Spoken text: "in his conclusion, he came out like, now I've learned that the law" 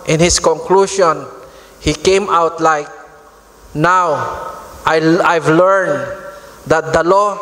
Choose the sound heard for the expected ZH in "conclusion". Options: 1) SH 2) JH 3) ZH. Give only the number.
1